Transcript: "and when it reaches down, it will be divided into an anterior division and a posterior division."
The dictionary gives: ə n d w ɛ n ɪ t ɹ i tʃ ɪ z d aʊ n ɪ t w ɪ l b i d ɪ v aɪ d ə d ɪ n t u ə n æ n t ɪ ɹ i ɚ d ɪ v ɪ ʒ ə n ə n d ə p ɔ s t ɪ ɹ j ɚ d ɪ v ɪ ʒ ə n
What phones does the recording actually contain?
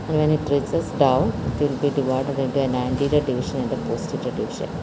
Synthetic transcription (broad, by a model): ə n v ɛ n ɪ t ɹ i s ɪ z d aʊ n ɪ t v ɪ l b i d ɪ v aɪ d ə d ɪ n t u ə n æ n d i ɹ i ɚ d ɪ v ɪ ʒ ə n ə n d ə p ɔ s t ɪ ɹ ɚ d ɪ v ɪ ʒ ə n